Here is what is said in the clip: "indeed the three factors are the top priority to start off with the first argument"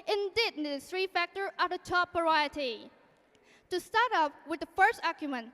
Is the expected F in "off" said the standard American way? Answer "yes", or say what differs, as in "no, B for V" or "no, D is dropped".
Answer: no, P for F